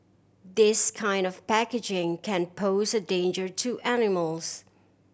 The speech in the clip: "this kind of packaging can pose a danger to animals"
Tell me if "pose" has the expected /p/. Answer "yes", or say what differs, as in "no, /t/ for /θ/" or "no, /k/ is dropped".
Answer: yes